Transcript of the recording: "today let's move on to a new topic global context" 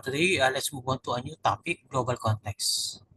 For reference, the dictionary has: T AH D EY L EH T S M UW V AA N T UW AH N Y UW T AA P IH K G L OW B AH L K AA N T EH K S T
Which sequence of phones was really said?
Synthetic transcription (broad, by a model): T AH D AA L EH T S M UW B AA N T UW AH N Y UW T AA P IH K G L OW B AH L K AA N T EH K S